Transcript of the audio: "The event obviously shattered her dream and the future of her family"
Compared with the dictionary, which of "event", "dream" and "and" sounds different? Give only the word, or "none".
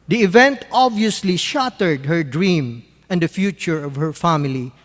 none